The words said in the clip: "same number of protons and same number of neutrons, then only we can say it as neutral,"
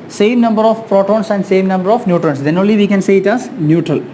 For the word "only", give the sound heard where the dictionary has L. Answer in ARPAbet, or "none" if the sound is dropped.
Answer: L